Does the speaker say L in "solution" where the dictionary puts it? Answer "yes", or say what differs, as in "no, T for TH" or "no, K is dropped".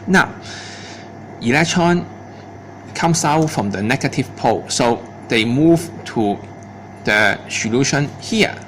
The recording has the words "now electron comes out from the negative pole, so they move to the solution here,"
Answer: yes